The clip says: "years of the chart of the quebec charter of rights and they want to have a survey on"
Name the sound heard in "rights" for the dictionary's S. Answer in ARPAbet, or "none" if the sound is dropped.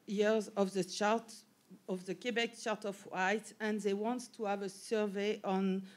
none